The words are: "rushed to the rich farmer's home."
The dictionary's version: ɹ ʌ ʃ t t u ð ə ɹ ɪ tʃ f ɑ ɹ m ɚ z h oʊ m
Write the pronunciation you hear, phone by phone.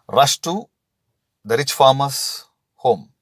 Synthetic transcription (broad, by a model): ɹ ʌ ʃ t t u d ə ɹ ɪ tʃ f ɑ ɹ m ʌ s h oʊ m